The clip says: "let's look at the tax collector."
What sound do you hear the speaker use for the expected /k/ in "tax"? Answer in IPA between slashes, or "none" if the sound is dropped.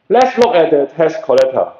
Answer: none